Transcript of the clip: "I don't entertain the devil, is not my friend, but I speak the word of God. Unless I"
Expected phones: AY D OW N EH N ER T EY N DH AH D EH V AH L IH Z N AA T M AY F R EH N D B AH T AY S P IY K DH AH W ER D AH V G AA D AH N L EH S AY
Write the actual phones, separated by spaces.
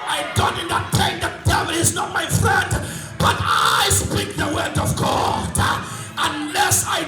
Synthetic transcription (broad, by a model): AY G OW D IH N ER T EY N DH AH D EH V AH L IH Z N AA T M AY F R EH N D B AH T AY S P IY K DH AH W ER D AH V G AA D AH N L EH S AY